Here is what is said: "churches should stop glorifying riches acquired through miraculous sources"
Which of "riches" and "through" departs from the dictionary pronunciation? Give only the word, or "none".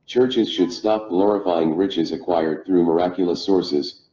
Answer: none